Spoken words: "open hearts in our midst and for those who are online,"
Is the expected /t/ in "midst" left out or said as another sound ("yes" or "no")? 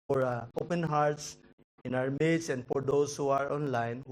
yes